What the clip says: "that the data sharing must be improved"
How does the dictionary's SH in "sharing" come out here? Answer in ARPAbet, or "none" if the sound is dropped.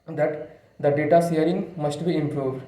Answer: S